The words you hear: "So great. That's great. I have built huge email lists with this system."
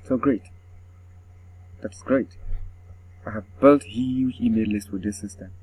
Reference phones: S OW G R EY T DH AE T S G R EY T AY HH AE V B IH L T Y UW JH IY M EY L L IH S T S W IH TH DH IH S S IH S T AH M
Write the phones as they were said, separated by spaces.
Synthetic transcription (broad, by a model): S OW G R EY T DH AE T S G R EY T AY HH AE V B IH L T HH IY IY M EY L L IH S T W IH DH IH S S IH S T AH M